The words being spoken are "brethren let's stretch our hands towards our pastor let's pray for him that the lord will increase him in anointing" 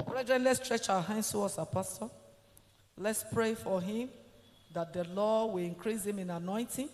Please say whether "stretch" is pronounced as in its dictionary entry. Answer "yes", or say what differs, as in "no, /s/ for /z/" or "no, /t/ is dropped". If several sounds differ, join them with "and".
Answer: yes